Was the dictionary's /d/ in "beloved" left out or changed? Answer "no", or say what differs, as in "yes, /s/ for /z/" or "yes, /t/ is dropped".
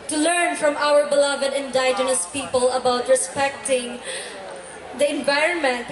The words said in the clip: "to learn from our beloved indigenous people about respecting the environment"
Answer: no